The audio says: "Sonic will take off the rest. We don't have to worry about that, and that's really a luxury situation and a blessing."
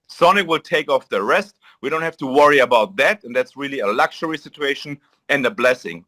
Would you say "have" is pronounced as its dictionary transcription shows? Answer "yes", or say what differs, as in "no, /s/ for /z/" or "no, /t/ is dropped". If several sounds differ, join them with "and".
no, /f/ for /v/